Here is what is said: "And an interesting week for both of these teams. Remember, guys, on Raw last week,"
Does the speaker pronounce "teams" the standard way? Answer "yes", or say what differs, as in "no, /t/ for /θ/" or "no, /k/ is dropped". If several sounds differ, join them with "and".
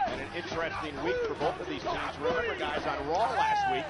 no, /m/ is dropped